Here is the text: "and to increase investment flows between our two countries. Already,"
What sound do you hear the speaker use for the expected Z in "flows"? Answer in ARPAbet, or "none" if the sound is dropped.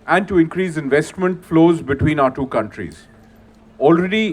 Z